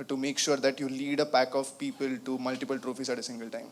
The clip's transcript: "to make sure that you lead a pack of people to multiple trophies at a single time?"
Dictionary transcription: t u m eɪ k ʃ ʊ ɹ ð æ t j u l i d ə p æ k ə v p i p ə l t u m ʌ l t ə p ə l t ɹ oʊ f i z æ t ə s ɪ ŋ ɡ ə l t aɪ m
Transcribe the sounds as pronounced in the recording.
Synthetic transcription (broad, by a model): t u m eɪ k ʃ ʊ ɹ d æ t j u l i d ə p æ k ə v p i p ə l t u m ʌ l t ə p ə l t ɹ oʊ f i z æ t ə s ɪ ŋ ɡ ə l t aɪ m